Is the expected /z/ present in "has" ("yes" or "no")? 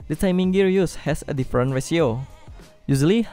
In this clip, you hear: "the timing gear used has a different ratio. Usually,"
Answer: no